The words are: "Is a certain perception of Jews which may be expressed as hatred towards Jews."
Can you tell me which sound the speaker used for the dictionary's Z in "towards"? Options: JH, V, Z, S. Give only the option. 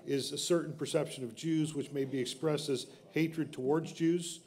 Z